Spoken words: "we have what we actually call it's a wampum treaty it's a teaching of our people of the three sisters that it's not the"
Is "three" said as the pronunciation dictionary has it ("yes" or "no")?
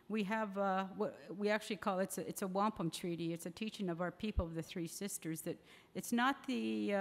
yes